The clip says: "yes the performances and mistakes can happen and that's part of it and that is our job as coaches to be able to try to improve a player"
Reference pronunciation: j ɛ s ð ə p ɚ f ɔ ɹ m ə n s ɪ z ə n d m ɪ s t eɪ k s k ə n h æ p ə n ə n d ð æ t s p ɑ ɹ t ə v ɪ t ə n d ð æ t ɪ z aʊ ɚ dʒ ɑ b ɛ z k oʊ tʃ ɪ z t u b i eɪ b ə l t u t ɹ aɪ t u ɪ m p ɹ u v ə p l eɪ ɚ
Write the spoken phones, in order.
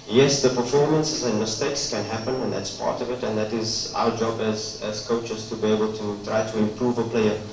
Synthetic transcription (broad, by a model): j ɛ s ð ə p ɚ f ɔ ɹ m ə n s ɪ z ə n m ɪ s t eɪ k s k ə n h æ p ə n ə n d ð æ t s p ɑ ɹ t ə v ɪ t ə n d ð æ t ɪ z aʊ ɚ dʒ ɑ b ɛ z k oʊ tʃ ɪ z t u b i eɪ b ə l t u t ɹ aɪ t u ɪ m p ɹ u v ə p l eɪ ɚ